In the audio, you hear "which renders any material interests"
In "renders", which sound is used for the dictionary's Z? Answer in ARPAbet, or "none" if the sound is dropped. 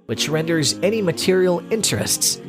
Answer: Z